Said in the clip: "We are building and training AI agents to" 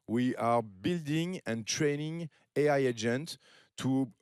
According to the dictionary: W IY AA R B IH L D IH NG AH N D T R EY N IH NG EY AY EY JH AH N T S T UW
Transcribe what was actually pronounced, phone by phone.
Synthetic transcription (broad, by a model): W IY AA R B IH L D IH NG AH N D T R EY N IH NG EY AY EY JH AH N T T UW